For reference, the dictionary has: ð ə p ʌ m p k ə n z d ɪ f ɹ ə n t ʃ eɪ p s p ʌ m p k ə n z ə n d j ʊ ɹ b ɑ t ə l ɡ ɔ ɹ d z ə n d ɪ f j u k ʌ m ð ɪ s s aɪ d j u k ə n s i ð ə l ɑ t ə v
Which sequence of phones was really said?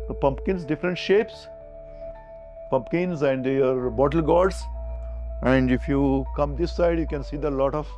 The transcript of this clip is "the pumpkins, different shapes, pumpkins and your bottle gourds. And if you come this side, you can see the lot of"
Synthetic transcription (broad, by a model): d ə p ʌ m p k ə n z d ɪ f ɹ ə n t ʃ eɪ p s p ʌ m p k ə n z ə n d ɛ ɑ ɹ b ɑ t ə l ɡ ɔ ɹ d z ə n d ɪ f j u k ʌ m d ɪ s s aɪ d j u k ə n s i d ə l ɑ t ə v